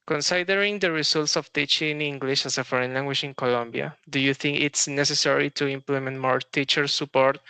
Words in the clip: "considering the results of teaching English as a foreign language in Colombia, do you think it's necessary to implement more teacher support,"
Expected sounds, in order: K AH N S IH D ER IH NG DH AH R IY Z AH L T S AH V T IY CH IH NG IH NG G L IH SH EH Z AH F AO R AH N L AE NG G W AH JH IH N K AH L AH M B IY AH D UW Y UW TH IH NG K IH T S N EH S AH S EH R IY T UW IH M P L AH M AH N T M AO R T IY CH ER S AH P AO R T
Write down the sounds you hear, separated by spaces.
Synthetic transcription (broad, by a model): K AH N S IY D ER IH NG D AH R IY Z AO L T S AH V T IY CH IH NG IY NG G L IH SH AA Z AH F AO R AH N L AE NG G W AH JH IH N K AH L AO M B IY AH D UW Y UW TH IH NG K IH T S N EH S AH S EH R IY T UW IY M P L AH M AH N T M AO R T IY CH ER S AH P AO R T